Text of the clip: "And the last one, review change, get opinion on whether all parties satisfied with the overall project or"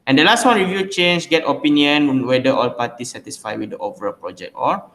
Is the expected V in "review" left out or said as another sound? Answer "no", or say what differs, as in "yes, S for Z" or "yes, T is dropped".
no